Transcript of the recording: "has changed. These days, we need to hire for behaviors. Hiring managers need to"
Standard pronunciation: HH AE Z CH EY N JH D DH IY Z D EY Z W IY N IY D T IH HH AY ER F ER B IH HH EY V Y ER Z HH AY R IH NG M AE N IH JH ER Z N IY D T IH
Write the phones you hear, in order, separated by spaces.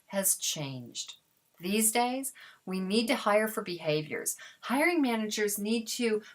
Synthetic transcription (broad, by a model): HH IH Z CH EY N JH D DH IY Z D EY Z W IY N IY D T IH HH AY ER F ER B IH HH EY V Y ER Z HH AY R IH NG M AE N IH JH ER Z N IY D T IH